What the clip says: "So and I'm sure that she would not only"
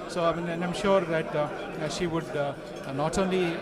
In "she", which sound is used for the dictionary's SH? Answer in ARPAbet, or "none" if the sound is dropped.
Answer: SH